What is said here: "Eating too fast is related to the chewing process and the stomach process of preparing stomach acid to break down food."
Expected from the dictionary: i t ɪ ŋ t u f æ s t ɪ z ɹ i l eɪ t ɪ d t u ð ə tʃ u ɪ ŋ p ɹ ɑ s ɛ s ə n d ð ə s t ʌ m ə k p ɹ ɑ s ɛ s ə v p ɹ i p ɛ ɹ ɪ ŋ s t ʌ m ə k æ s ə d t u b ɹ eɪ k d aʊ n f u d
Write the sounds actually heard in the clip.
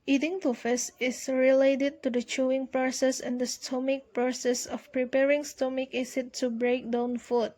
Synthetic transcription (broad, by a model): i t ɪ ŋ t u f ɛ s ɪ s ɹ i l eɪ t ɪ d t u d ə tʃ u ɪ ŋ p ɹ ɑ s ɛ s ə n d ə s t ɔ m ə k p ɹ ɑ s ɛ s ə f p ɹ i p ɛ ɹ ɪ ŋ s t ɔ m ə k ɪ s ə t u b ɹ eɪ k d aʊ n f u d